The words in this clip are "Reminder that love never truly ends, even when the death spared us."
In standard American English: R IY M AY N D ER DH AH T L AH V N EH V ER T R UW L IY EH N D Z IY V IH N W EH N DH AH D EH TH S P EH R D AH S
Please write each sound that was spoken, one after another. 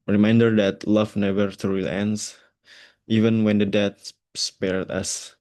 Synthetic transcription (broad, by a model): R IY M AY N D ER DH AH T L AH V N EH V ER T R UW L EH N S IY V IH N W EH N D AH D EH T S P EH R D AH S